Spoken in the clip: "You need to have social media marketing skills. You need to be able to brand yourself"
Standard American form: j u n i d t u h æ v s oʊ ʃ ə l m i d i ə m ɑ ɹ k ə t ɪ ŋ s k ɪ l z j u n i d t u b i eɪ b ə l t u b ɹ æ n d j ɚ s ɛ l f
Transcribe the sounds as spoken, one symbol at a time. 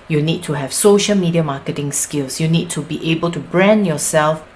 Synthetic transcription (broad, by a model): j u n i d t u h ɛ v s oʊ ʃ ə l m i d i ə m ɑ k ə t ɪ ŋ s k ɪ l s j u n i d t u b i eɪ b ə l t u b ɹ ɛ n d j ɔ s ɛ l f